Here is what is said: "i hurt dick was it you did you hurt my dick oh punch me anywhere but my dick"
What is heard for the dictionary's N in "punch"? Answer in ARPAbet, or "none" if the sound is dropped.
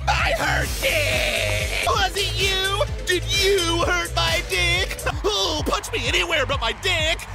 none